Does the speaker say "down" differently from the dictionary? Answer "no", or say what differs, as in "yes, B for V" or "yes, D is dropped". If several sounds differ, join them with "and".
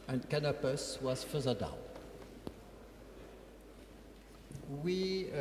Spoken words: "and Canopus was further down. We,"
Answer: yes, L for N